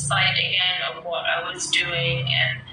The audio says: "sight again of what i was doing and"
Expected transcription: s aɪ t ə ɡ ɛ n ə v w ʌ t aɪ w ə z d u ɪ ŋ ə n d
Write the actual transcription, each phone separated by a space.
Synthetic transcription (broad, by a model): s aɪ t ə ɡ ɛ n ə v w ʌ t aɪ w ə z d u ɪ ŋ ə n